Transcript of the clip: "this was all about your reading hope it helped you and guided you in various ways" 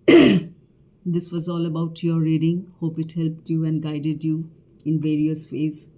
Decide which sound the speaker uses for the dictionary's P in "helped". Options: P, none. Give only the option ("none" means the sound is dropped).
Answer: P